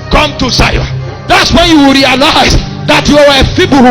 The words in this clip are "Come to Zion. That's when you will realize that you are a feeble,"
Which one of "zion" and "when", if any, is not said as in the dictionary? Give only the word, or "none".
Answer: zion